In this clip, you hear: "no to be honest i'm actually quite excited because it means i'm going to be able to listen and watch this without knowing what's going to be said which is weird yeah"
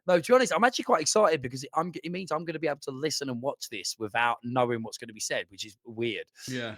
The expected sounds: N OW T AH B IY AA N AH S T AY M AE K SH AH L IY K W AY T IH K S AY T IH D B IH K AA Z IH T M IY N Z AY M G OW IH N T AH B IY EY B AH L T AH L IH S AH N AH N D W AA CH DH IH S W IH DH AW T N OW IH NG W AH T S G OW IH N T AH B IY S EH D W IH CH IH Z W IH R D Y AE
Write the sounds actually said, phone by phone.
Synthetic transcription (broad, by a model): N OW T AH B IY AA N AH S T AY M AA K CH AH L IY K W AY T IH K S AY T IH D B IH K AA Z IH T M IY N Z AY M G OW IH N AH B IY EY B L T AH L IH S AH N AH N W AA CH DH IH S W IH DH AW T N OW IH NG W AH T S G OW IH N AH B IY S EH D W IH CH IH Z W IH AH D Y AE